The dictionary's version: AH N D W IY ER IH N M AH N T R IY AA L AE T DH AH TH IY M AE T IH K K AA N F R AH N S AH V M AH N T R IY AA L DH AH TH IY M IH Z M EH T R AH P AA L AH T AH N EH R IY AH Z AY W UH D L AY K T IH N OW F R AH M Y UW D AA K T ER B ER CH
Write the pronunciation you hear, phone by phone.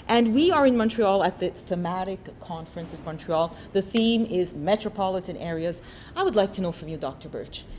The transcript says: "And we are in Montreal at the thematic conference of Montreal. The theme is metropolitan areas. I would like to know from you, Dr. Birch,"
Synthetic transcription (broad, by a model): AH N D W IY ER IH N M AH N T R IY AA L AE T DH AH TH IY M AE T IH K K AA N F R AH N S AH V M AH N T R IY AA L DH AH TH IY M IH Z M EH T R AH P AA L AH T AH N EH R IY AH Z AY W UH D L AY K T IH N OW F R AH M Y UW D AA K T ER B ER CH